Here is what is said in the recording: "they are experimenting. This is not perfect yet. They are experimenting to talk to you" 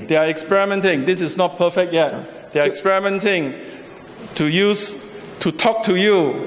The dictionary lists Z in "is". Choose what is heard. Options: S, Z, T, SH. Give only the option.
S